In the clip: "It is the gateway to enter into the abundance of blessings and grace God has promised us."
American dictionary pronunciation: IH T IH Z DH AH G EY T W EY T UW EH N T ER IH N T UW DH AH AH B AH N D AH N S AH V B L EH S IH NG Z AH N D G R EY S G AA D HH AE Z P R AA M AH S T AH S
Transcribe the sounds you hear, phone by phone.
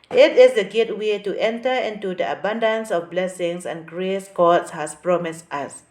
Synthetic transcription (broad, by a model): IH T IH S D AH G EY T W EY T UW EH N T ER IH N T UW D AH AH B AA N D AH N S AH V B L EH S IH NG S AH N G R EY S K AA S HH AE S P R AA M AH S T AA S